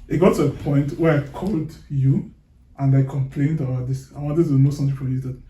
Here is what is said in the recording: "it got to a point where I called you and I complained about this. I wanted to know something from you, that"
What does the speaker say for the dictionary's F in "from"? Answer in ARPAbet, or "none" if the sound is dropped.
P